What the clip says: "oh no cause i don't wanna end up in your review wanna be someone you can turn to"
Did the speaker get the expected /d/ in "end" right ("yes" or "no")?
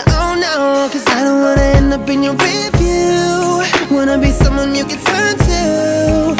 no